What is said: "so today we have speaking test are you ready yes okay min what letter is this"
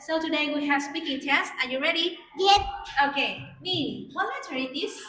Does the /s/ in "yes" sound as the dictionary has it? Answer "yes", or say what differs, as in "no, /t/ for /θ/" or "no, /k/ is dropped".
no, /s/ is dropped